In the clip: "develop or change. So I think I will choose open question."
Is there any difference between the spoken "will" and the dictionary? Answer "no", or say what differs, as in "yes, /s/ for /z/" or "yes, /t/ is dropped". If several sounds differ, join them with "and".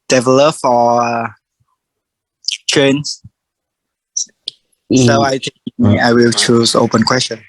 no